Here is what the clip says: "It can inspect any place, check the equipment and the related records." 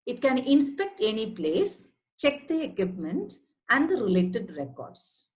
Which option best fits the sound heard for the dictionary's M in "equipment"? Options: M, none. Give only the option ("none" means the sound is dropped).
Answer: M